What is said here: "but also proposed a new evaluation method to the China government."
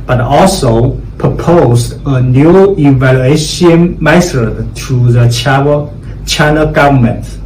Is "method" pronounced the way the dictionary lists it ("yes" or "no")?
no